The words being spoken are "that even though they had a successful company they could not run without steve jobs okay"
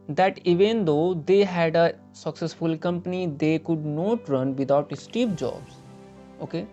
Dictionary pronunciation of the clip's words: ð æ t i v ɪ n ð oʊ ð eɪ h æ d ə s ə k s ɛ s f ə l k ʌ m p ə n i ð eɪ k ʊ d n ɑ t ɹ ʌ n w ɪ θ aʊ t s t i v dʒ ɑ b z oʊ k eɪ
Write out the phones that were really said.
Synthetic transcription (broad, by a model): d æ t i v ɪ n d oʊ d eɪ h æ d ə s ə k s ɛ s f ə l k ʌ m p ə n i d eɪ k ʊ d n ɑ t ɹ ʌ n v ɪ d aʊ t s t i p dʒ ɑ b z oʊ k eɪ